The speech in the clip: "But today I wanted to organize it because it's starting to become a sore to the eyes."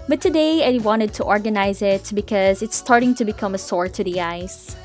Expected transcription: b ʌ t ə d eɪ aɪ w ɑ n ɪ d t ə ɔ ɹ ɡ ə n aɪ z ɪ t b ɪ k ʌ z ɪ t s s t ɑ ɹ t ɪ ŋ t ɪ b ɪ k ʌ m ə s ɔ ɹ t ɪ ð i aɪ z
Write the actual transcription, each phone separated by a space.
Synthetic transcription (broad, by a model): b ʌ t ə d eɪ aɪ w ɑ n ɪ d t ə ɔ ɹ ɡ ə n aɪ z ɪ t b ɪ k ʌ z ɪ t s s t ɑ ɹ t ɪ ŋ t ɪ b ɪ k ʌ m ə s ɔ ɹ t ɪ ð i aɪ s